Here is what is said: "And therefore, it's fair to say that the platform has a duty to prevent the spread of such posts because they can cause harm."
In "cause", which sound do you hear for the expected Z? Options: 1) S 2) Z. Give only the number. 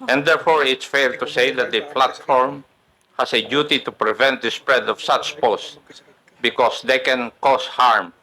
1